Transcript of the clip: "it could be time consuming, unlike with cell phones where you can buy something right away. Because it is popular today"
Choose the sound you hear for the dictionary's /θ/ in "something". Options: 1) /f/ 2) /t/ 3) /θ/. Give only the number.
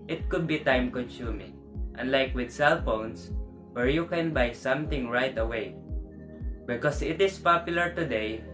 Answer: 2